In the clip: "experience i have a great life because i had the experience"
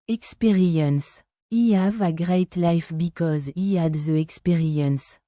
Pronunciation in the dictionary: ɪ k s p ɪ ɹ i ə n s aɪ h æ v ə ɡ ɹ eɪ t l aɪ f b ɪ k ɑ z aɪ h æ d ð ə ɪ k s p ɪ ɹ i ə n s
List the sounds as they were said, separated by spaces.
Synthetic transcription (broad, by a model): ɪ k s p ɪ ɹ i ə n s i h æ v ə ɡ ɹ eɪ t l aɪ f b ɪ k ɑ z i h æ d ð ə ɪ k s p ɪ ɹ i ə n s